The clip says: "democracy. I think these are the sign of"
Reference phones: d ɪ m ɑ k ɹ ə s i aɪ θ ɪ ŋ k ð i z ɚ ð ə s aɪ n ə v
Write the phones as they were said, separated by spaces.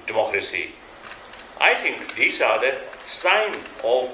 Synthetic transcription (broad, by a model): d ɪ m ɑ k ɹ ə s i aɪ t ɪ ŋ k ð i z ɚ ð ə s aɪ n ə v